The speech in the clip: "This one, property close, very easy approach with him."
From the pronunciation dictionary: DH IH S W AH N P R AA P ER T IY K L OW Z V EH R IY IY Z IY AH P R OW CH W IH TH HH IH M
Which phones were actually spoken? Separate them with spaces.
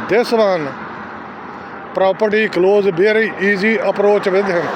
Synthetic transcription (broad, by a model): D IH S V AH N P R AA P ER T IY K L OW Z B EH R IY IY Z IY AH P R OW CH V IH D HH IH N